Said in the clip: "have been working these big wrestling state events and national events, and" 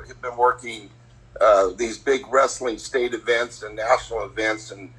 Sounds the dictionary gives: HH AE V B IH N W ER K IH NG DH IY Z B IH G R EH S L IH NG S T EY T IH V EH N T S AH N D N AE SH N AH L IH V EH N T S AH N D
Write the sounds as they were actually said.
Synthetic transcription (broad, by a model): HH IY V B IH N W ER K IH NG DH IY Z B IH G R EH S L IH NG S T EY T IH V EH N T S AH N N AE SH N L IH V EH N T S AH N